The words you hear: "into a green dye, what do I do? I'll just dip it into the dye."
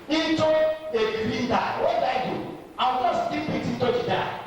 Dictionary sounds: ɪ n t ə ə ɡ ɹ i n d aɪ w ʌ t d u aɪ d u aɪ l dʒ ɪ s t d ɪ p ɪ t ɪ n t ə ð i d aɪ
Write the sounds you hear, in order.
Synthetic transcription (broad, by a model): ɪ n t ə ə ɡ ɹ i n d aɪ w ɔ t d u aɪ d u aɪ w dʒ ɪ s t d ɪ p ɪ t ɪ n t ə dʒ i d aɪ